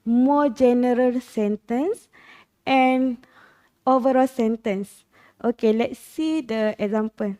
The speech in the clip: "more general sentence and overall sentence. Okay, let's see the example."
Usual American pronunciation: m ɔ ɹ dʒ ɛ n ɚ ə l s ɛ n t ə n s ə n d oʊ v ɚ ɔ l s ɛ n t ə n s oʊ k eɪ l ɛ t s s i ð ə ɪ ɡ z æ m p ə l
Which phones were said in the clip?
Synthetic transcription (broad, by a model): m ɔ dʒ ɛ n ɚ ə l s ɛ n t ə n s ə n oʊ v ɚ ɔ l s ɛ n t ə n s oʊ k eɪ l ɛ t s s i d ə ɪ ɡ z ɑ m p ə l